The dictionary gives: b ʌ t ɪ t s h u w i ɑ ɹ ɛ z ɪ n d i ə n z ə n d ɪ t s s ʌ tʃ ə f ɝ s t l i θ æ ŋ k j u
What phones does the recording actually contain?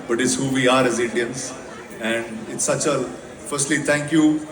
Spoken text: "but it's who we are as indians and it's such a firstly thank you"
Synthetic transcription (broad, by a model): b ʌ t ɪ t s h u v i ɑ ɹ ɛ z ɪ n d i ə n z ə n d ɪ t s s ʌ tʃ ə f ɝ s t l i t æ ŋ k j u